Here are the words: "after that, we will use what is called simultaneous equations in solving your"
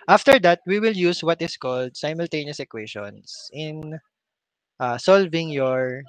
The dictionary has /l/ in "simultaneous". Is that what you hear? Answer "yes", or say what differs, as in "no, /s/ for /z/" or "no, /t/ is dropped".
yes